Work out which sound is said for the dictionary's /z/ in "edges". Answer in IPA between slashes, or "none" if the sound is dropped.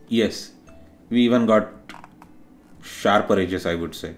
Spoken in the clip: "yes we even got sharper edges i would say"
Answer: /s/